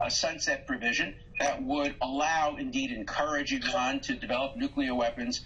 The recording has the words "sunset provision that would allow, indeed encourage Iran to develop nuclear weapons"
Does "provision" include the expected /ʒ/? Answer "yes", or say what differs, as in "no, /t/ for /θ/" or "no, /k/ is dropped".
yes